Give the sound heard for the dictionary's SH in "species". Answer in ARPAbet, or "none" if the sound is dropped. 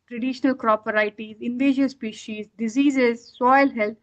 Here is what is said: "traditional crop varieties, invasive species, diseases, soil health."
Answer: SH